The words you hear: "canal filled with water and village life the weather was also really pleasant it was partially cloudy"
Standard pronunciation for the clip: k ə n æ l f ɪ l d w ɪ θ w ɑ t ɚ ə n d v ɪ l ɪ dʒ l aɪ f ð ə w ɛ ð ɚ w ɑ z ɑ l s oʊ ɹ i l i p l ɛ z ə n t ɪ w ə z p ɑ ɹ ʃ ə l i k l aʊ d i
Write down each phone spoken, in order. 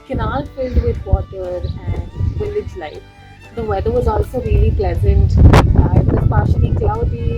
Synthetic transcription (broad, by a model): k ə n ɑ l f ɪ l d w ɪ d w ɑ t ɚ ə n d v ɪ l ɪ dʒ l aɪ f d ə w ɛ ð ɚ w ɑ z ɑ l s oʊ ɹ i l i p l ɛ z ə n t ɪ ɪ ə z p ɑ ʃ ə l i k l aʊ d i